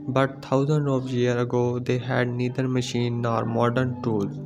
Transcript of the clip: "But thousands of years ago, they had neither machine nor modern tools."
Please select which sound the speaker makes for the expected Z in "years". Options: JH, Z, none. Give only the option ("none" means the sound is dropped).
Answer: none